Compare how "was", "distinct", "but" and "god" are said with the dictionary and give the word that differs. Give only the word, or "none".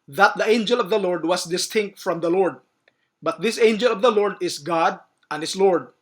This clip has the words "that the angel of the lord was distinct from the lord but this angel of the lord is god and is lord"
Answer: was